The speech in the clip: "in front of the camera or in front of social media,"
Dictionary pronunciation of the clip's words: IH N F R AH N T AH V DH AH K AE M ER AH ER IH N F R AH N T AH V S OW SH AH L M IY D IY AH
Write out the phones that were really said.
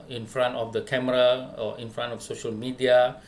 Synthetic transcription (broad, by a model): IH N F R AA N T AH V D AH K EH M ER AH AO IH N F R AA N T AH F S OW SH AH L M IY D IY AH